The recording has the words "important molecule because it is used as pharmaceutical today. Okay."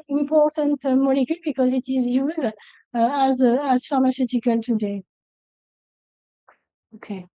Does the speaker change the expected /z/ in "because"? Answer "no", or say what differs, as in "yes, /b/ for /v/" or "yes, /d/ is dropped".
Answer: no